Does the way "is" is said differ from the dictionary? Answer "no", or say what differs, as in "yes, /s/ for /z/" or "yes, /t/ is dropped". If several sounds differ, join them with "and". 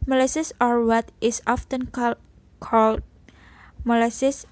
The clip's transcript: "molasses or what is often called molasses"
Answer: yes, /s/ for /z/